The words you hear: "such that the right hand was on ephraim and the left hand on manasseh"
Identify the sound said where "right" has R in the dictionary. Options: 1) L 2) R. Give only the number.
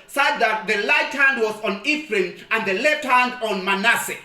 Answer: 1